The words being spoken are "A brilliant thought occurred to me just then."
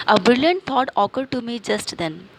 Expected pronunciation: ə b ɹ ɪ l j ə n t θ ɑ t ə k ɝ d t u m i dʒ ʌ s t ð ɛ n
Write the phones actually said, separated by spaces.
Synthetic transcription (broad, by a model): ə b ɹ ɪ l j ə n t f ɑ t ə k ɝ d t u m i dʒ ʌ s t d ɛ n